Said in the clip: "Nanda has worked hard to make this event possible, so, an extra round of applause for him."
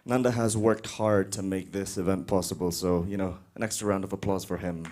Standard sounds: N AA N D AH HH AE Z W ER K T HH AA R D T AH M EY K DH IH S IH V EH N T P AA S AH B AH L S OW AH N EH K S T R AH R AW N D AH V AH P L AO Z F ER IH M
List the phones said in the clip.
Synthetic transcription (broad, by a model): N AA N D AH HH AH Z W ER K T HH AA R D T AH M EY K DH IH S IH V EH N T P AA S AH B AH L S OW AH N EH K S T AH R AW N D AH V AH P L AO Z F ER IH M